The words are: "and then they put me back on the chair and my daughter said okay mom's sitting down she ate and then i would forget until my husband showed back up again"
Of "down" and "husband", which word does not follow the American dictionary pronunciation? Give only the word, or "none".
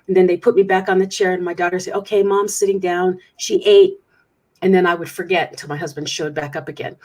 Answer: none